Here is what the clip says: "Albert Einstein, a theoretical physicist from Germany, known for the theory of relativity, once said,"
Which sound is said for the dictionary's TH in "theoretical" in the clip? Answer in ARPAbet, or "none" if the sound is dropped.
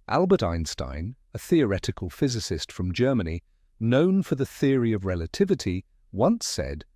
TH